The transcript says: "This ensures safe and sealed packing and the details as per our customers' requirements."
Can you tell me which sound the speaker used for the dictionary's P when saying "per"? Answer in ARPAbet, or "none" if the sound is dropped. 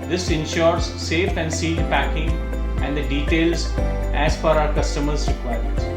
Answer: F